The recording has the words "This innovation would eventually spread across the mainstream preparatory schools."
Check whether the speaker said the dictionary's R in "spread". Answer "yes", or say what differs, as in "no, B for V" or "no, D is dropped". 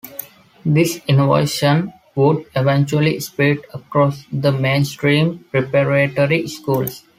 no, R is dropped